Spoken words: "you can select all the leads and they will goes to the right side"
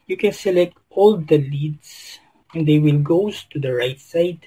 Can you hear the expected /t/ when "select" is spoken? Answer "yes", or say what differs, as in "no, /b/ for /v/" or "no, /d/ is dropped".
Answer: yes